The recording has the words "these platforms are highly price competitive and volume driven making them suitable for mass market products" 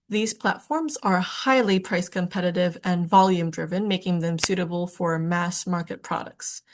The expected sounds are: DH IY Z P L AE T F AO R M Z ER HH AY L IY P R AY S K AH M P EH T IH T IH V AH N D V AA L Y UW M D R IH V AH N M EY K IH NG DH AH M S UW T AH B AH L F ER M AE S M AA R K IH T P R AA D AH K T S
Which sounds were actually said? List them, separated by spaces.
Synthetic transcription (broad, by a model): DH IY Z P L AE T F AO R M Z ER HH AY L IY P R AY S K AH M P EH T IH T IH V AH N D V AA L Y UW M D R IH V AH N M EY K IH NG DH AH M S UW T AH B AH L F ER M AE S M AA R K IH T P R AA D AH K T S